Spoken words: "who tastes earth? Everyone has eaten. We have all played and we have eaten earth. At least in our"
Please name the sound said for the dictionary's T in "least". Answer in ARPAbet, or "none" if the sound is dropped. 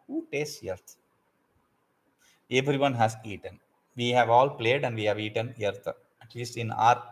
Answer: T